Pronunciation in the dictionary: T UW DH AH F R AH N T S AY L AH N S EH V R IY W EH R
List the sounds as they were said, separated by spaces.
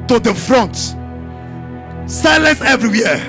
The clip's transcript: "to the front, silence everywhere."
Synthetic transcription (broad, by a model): T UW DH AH F R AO N T S AY L AH N S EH V R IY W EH